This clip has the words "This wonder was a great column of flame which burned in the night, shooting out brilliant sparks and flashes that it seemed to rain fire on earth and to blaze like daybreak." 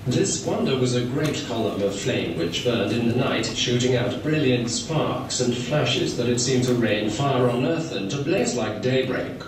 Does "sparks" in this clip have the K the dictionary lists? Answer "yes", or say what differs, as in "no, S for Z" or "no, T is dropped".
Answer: yes